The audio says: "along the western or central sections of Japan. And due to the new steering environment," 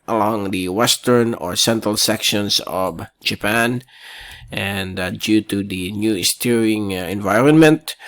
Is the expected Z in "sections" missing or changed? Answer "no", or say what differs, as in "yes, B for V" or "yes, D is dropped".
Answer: yes, S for Z